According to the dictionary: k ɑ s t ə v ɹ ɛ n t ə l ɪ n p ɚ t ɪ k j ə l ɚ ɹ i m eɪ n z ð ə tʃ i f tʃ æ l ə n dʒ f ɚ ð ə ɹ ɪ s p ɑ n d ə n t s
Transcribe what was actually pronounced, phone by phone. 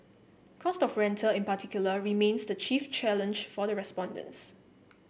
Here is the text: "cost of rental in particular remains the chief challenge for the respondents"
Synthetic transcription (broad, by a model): k ɑ s t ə f ɹ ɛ n t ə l ɪ n p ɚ t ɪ k j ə l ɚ ɹ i m eɪ n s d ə tʃ i f tʃ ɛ l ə n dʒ f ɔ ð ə ɹ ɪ s p ɑ n d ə n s